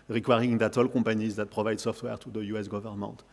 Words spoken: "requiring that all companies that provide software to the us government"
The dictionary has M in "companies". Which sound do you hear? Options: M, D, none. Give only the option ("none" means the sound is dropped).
none